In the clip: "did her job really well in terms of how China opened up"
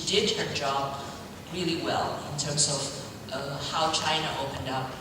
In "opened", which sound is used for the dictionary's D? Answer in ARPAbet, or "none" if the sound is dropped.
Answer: D